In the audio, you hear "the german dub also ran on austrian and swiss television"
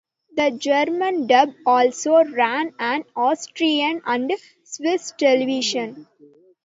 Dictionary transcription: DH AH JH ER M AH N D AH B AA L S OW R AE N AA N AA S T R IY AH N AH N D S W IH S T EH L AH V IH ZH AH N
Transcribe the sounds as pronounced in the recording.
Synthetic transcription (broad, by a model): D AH JH ER M AH N D AH B AA L S OW R AE N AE N AA S T R IY AH N AH N D S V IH S T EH L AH V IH SH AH N